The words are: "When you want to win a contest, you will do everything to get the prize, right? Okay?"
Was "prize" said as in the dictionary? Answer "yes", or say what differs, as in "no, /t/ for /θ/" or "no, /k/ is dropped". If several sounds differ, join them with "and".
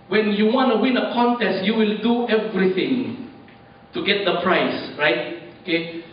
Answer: no, /s/ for /z/